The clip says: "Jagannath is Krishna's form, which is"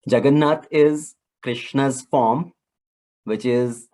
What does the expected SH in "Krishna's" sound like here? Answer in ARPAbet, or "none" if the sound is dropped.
SH